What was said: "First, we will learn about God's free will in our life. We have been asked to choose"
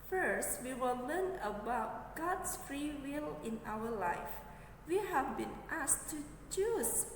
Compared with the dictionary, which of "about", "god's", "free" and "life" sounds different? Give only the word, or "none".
god's